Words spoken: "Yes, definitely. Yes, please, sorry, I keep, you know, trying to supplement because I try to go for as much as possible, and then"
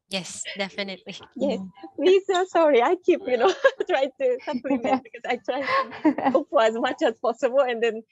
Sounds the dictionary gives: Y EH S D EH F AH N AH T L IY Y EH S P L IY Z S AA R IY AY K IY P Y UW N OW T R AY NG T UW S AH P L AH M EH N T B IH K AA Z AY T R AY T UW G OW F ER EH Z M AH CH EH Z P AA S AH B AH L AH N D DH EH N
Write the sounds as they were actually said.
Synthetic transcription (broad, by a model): Y EH S D EH F AH N AH T L IY Y EH S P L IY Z S AA R IY AY K IY P Y UW N OW T R AY T UW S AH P L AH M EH T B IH K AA S AY T R AY T UW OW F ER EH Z M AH CH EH S P AA S AH B AH L AH N D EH N